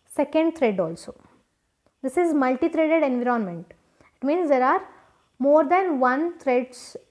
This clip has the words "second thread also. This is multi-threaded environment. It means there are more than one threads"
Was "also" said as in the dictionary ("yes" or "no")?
yes